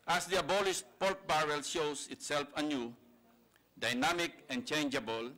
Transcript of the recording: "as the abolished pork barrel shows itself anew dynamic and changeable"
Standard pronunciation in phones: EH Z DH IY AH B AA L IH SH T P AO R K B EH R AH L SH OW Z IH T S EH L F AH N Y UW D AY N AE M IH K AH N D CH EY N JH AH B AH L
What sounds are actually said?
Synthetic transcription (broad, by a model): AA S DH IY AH B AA L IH S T P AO L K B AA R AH L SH OW S IH T S EH L F AH N Y UW D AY N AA M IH K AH N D CH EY N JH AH B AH L